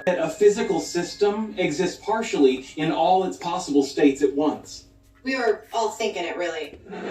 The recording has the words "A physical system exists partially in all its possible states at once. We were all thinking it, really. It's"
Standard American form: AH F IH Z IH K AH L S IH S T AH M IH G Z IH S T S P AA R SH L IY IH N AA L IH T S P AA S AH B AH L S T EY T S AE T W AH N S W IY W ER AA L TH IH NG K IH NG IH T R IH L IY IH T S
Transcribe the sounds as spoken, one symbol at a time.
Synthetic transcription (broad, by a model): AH F IH Z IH K L S IH S T AH M IH G Z IH S T S P AA R SH L IY IH N AA L IH T S P AA S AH B L S T EY T S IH T W AH N S W IY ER AA L TH IH NG K IH NG IH T R IH L IY